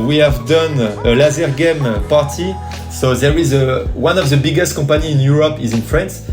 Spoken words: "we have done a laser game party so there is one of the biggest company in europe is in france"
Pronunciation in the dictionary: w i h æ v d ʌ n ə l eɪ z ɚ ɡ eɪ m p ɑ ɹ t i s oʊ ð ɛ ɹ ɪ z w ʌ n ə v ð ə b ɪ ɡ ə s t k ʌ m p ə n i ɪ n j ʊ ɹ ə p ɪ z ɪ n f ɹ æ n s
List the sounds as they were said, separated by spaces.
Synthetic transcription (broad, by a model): w i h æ v d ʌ n ə l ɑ z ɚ ɡ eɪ m p ɑ ɹ t i s oʊ ð ɛ ɹ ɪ z w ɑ n ə v ð ə b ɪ ɡ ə s t k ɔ p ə n i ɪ n j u ɹ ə p ɪ z ɪ n f ɹ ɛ n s